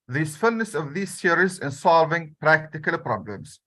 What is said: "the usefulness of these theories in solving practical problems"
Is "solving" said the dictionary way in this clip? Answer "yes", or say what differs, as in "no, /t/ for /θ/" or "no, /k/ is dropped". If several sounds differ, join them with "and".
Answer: yes